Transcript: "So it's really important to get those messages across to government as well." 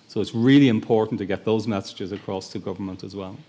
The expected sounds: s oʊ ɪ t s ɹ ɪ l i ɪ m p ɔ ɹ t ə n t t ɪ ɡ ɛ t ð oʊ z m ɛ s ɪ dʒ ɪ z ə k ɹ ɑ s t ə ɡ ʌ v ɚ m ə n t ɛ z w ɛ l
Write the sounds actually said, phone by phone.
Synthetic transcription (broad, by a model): s oʊ ɪ t s ɹ ɪ l i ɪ m p ɔ ɹ t n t t ɪ ɡ ɛ t ð oʊ z m ɛ s ɪ dʒ ɪ z ə k ɹ ɑ s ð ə ɡ ʌ v ɚ m ə n t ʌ z w ɛ l